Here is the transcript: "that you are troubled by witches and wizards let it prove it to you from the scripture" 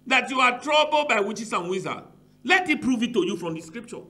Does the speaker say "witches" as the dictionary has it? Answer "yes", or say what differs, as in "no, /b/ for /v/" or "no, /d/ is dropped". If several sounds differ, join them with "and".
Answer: no, /s/ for /z/